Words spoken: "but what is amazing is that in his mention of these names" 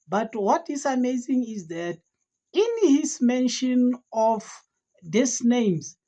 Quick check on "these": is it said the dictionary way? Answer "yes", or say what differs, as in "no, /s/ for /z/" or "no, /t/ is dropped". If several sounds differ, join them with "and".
no, /s/ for /z/